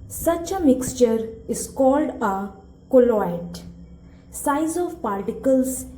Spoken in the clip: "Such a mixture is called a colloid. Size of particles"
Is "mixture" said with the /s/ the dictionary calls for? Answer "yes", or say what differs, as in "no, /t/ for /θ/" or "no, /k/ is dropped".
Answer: yes